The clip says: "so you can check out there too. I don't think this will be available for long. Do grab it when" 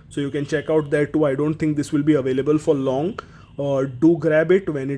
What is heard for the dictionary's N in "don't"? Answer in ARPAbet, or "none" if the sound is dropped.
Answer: N